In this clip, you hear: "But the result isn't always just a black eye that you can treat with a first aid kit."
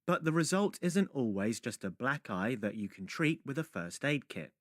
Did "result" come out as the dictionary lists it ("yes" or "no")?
yes